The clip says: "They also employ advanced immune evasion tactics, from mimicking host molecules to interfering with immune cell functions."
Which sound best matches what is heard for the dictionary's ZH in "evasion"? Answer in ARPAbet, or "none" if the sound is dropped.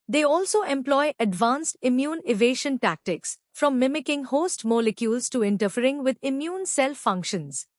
SH